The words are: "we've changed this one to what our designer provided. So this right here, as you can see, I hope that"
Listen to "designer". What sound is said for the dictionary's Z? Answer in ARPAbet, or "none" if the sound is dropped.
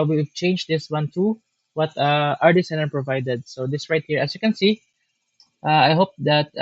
S